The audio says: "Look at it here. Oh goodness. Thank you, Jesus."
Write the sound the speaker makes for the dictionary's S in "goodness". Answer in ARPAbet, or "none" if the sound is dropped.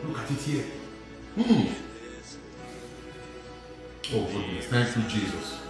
none